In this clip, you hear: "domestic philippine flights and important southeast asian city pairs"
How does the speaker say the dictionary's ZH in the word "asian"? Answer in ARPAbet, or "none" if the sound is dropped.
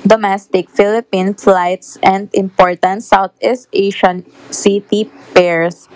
SH